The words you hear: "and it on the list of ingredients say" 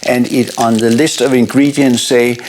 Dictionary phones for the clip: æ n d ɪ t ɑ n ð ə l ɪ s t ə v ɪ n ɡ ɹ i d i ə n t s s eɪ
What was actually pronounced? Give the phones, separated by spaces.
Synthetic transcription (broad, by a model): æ n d ɪ t n ð ə l ɪ s t ə v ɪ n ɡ ɹ i d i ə n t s s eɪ